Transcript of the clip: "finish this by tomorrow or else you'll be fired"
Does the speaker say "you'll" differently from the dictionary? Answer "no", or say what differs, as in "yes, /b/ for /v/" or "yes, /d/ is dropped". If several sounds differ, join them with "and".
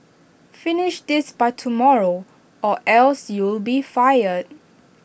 no